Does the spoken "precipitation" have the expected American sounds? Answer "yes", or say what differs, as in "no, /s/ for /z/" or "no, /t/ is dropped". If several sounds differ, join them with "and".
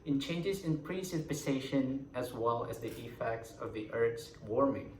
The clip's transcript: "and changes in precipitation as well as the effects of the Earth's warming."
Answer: no, /s/ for /t/